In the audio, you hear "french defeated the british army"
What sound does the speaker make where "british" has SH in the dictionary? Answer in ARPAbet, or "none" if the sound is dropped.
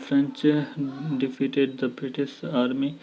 S